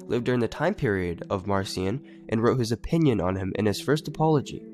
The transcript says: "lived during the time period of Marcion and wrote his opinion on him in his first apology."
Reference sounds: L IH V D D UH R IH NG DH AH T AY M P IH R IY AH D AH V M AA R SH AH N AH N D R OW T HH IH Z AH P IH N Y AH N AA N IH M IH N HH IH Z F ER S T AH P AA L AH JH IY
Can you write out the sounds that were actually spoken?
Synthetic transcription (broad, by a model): L IH V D D UH R IH NG DH AH T AY M P IH R IY AH D AH V M AA R S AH N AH N R OW T HH IH Z AH P IH N Y AH N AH N IH M IH N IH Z F ER S T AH P AA L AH JH IY